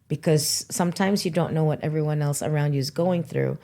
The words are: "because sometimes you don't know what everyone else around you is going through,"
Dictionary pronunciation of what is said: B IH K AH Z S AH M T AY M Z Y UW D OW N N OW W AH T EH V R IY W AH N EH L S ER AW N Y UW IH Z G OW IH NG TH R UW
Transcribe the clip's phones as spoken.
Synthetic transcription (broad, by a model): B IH K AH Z S AH M T AY M Z Y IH D OW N N OW W AH T EH V R IY W AH N EH L S ER AW N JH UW IH Z G OW IH NG TH R UW